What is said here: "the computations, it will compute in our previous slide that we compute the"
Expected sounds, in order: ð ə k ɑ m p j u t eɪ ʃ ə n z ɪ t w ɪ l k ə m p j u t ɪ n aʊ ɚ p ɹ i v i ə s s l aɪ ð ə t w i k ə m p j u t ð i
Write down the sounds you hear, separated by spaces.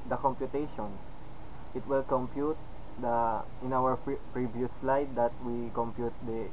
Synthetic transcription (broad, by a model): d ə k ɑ m p j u t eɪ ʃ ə n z ɪ t w ɪ l k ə m p j u t ɪ n aʊ ɚ p ɹ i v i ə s s l aɪ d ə t w i k ə m p j u t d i